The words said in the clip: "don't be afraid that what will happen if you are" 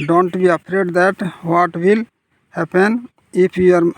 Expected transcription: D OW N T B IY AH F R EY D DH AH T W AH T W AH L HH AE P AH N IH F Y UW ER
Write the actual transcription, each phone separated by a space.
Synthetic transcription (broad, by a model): D OW N T B IY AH P R EY D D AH T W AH T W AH L HH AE P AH N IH P Y UW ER